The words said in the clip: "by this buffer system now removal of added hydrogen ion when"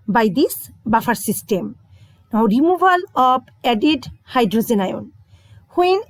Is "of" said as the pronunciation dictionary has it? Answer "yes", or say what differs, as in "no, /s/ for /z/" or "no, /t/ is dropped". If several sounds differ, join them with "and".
no, /b/ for /v/